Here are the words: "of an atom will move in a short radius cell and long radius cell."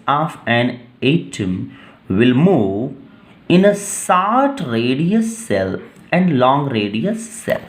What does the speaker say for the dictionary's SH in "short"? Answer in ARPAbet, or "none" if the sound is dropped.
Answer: S